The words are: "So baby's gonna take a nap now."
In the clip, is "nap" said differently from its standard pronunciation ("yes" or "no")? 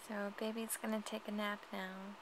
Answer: no